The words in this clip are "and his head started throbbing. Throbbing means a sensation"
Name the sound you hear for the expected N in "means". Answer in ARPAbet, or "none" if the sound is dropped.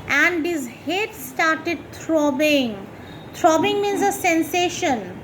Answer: N